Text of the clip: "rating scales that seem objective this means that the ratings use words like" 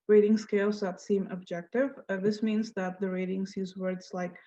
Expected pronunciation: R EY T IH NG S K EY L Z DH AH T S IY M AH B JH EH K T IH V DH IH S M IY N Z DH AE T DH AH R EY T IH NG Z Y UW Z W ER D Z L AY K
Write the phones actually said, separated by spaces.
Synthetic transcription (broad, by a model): R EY T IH NG S K EY L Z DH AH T S IY M AH B JH EH K T IH V DH IH S M IY N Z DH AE T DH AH R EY T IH NG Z Y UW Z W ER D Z L AY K